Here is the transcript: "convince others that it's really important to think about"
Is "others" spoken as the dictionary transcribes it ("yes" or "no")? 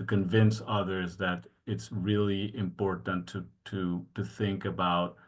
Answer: yes